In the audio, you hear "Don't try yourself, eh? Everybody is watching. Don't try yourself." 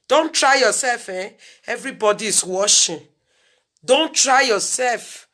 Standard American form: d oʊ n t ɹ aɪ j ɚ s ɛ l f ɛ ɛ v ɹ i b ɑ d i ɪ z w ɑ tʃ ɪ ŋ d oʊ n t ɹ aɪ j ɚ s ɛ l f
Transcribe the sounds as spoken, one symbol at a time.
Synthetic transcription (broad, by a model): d oʊ n t ɹ aɪ j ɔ s ɛ l f ɛ ɛ v ɹ i b ɑ d i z w ɑ ʃ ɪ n d oʊ n t ɹ aɪ j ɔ s ɛ l f